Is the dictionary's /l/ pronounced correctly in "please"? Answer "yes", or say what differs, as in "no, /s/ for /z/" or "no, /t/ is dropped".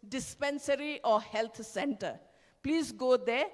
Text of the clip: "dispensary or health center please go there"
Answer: yes